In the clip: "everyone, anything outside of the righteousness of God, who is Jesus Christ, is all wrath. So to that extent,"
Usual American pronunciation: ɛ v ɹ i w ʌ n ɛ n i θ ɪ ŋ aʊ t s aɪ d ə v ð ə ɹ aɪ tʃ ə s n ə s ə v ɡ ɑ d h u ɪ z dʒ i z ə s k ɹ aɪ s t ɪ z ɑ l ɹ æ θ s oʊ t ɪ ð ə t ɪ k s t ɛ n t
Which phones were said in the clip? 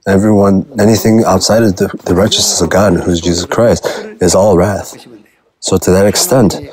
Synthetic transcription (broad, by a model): ɛ v ɹ i w ʌ n ɛ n i θ ɪ ŋ aʊ t s aɪ d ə v ð ə ɹ aɪ tʃ ə s n ə s ə v ɡ ɑ d h u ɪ z dʒ i z ə s k ɹ aɪ s t ɪ z ɑ l ɹ æ θ s oʊ t ɪ ð ə t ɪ k s t ɛ n t